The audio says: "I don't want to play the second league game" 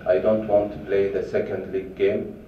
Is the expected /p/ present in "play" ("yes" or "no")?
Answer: yes